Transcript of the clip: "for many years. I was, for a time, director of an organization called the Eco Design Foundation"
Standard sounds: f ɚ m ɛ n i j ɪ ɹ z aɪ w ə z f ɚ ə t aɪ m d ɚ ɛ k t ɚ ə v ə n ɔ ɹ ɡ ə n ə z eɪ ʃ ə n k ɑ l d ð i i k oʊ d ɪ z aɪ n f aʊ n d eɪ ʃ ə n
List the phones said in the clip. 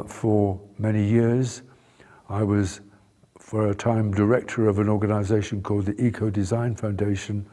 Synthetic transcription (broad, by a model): f ɚ m ɛ n i j ɪ ɹ z aɪ w ə z f ɚ ə t aɪ m d ɚ ɛ k t ɚ ə v ə n ɔ ɹ ɡ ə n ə z eɪ ʃ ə n k ɑ l d ð i i k oʊ d ɪ z aɪ n f aʊ n d eɪ ʃ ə n